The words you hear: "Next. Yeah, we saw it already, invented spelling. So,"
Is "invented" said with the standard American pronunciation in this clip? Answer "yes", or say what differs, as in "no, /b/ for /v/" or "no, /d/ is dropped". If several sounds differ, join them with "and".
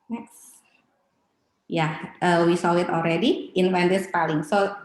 no, /f/ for /v/